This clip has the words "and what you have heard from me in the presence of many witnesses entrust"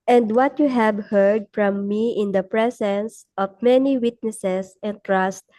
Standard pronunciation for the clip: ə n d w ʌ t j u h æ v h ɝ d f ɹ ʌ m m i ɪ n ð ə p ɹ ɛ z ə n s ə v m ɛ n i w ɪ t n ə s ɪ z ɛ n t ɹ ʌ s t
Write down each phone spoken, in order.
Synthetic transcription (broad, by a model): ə n d w ʌ t j u h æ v h ɝ d f ɹ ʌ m m i ɪ n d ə p ɹ ɛ s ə n s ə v m ɛ n i w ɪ t n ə s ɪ s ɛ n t ɹ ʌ s t